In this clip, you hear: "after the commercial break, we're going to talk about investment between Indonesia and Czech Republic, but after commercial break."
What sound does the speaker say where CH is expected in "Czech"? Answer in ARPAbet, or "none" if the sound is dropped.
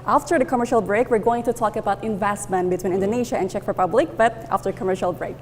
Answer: CH